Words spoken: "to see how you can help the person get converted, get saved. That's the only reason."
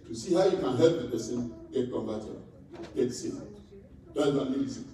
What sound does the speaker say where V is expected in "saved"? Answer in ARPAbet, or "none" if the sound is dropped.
none